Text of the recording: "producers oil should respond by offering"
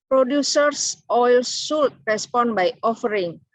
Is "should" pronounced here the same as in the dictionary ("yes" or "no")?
no